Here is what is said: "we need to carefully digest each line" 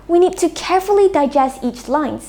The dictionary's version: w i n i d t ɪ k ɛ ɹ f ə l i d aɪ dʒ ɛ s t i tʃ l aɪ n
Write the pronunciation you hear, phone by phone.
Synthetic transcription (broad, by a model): w i n i d t ɪ k ɛ ɹ f ə l i d aɪ dʒ ɛ s t i tʃ l aɪ n